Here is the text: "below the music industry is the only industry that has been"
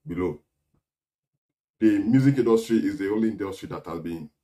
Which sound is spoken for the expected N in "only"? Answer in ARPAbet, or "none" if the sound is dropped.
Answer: none